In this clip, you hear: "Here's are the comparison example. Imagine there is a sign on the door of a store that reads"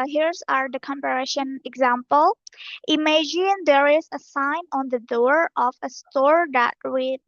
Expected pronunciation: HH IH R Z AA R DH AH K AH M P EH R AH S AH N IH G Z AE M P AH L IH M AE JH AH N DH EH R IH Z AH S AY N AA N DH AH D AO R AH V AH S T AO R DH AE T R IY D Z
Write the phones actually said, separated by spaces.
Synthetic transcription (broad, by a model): HH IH R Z AA R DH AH K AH M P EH R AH SH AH N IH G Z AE M P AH L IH M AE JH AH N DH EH R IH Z AH S AY N AA N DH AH D AO R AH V AH S T AO R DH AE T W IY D